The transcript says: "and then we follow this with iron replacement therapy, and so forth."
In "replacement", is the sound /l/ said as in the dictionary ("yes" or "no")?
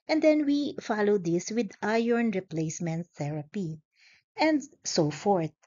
yes